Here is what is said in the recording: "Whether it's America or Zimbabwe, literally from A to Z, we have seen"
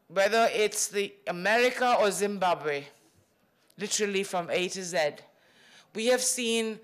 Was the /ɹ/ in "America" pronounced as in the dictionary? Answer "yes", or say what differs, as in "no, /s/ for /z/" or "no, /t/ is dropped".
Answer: yes